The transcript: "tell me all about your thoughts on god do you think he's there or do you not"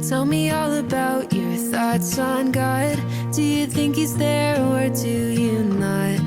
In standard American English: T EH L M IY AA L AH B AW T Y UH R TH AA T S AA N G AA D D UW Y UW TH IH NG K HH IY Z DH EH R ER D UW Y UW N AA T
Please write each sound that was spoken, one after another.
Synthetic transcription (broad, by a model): T EH L M IY AA L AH B AW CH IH R TH AA T S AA N G AA D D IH Y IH TH IH NG K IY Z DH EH R ER D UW Y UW N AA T